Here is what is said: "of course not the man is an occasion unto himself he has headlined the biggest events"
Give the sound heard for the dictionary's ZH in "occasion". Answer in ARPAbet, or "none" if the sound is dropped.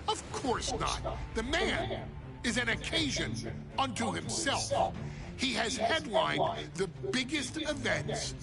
ZH